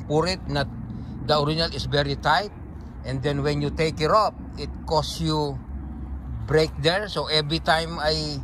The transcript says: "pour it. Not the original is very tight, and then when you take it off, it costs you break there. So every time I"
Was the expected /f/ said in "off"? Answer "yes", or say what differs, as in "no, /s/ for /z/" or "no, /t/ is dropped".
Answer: no, /p/ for /f/